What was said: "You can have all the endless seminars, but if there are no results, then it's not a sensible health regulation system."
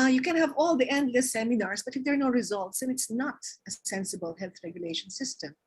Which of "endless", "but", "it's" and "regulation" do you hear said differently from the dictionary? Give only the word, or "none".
endless